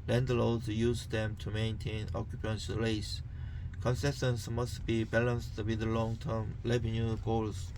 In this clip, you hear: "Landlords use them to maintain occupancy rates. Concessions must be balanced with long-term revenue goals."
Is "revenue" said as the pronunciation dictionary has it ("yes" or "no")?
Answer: no